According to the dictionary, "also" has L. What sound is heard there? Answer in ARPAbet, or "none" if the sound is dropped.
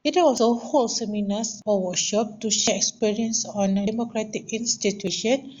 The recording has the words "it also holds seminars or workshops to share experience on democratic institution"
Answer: W